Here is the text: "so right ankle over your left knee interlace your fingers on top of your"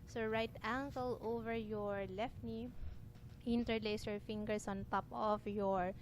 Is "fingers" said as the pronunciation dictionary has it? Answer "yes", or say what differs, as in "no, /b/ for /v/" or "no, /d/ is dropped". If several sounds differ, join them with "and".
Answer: no, /s/ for /z/